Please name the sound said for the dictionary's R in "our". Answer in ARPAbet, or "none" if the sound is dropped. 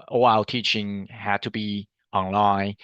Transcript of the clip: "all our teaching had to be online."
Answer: L